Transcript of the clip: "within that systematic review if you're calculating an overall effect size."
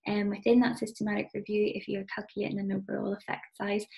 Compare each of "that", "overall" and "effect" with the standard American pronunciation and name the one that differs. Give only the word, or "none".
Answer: overall